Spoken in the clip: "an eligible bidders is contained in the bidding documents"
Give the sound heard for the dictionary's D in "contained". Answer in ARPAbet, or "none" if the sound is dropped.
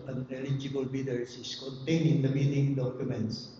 none